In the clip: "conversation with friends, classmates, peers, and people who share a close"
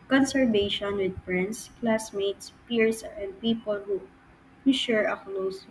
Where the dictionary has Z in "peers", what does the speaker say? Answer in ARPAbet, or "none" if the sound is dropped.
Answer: S